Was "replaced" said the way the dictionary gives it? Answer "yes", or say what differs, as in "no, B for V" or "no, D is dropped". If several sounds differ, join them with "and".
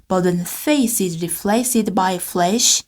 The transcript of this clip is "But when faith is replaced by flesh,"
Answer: no, F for P